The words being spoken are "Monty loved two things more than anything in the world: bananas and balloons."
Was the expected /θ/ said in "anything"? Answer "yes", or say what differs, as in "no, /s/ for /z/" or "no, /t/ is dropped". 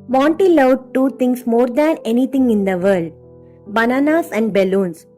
no, /t/ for /θ/